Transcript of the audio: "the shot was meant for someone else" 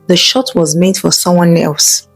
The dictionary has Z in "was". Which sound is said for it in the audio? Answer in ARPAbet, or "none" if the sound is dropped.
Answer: Z